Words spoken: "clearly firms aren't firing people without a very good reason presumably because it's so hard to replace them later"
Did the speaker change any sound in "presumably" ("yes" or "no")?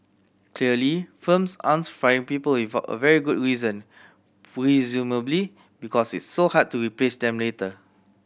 no